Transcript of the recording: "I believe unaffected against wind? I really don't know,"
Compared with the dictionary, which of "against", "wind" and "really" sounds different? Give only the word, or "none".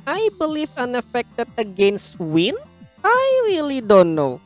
wind